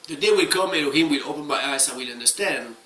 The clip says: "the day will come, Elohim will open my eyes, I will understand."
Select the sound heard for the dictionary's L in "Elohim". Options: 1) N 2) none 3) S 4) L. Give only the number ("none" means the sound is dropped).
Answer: 1